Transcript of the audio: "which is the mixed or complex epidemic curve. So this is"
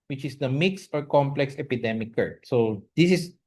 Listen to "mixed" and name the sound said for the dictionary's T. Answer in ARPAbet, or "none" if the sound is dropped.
T